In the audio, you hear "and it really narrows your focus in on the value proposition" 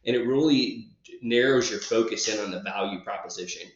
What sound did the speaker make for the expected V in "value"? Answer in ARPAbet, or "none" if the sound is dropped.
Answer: V